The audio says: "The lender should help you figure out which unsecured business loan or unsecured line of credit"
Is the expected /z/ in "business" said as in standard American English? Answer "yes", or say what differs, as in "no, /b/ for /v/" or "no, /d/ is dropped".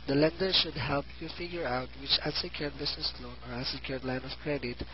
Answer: no, /s/ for /z/